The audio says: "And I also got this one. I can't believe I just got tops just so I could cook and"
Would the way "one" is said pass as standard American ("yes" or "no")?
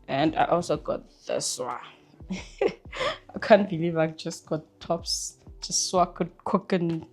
no